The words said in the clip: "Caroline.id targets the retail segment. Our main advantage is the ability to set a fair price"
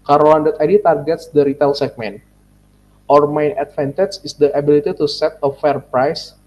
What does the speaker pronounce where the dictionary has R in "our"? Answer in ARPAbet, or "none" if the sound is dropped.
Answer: R